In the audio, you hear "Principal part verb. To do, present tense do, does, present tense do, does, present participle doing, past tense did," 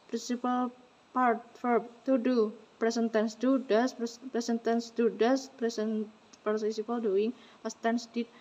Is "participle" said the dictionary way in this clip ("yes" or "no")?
no